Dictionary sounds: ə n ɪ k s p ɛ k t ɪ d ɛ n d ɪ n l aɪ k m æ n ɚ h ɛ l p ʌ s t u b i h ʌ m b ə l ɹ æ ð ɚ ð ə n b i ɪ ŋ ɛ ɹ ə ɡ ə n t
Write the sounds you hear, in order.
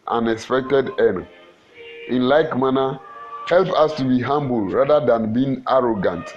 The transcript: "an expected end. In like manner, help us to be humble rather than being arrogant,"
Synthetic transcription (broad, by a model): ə n ɪ k s p ɛ k t ɪ d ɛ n ɪ n l aɪ k m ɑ n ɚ h ɛ l p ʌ s t u b i h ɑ m b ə l ɹ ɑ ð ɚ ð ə n b i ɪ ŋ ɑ ɹ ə ɡ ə n t